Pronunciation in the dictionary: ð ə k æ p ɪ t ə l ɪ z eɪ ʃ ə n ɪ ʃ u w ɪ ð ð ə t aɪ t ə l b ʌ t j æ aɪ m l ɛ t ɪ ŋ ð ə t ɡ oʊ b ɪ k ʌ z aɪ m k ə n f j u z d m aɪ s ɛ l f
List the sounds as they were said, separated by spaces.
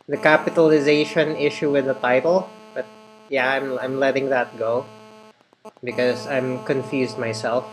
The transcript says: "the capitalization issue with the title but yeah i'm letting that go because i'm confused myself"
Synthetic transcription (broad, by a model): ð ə k æ p ɪ t ə l ɪ z eɪ ʃ ə n ɪ ʃ u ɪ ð ð ə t aɪ t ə l b ʌ t j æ aɪ m l ɛ t ɪ ŋ ð ə t ɡ oʊ b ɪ k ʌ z aɪ m k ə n f j u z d m aɪ s ɛ l f